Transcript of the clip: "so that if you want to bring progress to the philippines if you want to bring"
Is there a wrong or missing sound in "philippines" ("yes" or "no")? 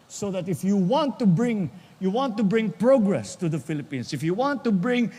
yes